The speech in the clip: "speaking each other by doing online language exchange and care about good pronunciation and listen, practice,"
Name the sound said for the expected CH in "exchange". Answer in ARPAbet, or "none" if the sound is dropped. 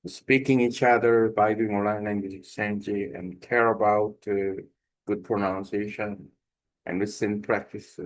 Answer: none